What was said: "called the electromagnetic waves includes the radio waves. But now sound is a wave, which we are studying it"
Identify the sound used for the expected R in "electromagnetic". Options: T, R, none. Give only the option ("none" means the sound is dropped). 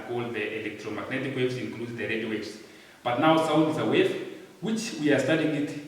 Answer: R